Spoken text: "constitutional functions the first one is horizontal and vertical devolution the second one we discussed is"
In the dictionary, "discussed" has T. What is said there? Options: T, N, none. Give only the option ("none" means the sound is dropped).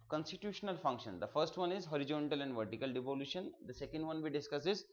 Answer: none